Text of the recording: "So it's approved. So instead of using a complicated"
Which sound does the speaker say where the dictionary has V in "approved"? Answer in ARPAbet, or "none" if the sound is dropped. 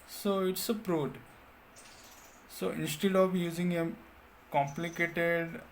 none